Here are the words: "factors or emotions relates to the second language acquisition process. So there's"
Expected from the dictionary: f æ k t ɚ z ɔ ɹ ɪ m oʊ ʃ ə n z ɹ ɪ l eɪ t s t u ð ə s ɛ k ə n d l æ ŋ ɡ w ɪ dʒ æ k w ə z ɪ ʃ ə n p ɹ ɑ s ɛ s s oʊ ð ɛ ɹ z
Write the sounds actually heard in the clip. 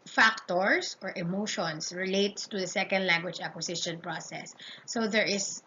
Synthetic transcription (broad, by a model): f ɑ k t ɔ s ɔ ɹ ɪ m oʊ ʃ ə n s ɹ ɪ l eɪ t s t u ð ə s ɛ k ə n d l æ ŋ ɡ w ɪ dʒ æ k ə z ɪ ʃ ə n p ɹ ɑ s ɛ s s oʊ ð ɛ ɹ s